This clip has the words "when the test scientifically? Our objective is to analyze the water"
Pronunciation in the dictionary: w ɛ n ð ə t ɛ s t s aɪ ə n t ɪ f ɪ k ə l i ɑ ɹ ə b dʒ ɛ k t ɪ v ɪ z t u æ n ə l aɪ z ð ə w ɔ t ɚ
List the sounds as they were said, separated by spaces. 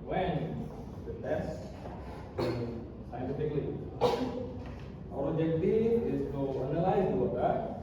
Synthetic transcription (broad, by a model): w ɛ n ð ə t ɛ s s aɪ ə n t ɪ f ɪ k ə l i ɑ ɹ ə dʒ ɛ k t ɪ ɪ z t u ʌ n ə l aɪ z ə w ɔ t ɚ